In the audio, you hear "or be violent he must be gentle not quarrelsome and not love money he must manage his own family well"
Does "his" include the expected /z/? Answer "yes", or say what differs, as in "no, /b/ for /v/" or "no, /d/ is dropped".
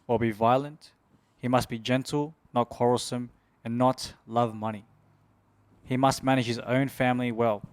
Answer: yes